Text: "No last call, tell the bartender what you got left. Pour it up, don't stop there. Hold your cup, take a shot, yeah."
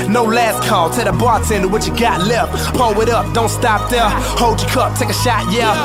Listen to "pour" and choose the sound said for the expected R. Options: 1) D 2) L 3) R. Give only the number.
2